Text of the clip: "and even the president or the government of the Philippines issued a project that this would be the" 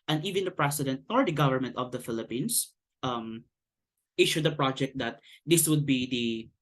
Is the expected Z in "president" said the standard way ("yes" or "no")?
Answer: no